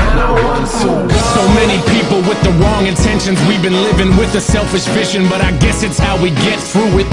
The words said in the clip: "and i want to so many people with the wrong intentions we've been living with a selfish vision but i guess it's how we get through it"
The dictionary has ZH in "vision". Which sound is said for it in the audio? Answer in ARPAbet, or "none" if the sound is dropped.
SH